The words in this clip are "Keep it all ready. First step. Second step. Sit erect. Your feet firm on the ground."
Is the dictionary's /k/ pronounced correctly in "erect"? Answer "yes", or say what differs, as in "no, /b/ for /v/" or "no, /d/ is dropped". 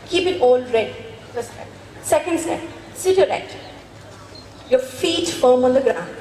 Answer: no, /k/ is dropped